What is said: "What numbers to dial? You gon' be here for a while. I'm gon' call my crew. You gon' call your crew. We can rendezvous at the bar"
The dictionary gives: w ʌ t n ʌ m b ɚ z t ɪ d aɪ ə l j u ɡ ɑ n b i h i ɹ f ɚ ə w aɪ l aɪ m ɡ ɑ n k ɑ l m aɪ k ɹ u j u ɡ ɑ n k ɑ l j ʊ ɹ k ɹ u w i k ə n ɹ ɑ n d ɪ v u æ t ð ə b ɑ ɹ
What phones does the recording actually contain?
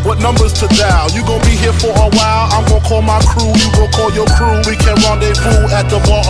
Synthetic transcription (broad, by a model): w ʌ t n ʌ m b ɚ z t ɪ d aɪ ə j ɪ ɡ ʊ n b i h i ɹ f ɚ ə w aɪ l aɪ m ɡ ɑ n k ɑ l m aɪ k ɹ u j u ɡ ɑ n k ɑ l j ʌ ɹ k ɹ u w i k ə n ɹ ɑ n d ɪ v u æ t ð ə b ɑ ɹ